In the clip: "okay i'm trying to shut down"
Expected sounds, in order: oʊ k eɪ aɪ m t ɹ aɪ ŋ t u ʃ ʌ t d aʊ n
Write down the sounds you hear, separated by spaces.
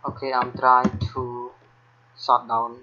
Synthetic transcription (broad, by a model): oʊ k eɪ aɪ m t ɹ aɪ t u s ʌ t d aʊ n